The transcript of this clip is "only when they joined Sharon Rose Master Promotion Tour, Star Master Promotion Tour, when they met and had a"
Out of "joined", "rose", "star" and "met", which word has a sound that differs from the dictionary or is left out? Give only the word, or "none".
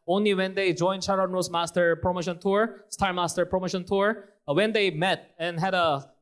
rose